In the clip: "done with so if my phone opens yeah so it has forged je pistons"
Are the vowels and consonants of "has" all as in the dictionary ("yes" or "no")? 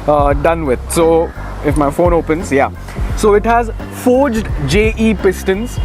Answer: yes